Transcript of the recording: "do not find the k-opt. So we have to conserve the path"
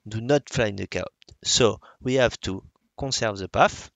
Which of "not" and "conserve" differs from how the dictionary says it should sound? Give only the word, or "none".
conserve